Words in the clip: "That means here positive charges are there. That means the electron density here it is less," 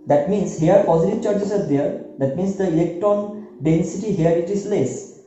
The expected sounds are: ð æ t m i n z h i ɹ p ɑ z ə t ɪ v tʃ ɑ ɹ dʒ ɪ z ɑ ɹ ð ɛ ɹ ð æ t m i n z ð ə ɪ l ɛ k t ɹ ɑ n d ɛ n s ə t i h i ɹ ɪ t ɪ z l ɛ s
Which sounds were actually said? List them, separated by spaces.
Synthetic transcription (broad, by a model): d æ t m i n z h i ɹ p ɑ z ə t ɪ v tʃ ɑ ɹ tʃ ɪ s ɑ ɹ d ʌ ɹ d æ t m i n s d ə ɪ l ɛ k t ɑ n d ɛ n s ə t i h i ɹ ɪ t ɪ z l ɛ s